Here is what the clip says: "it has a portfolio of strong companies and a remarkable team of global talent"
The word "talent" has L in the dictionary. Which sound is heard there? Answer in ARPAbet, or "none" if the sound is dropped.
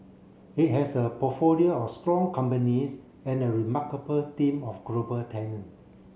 N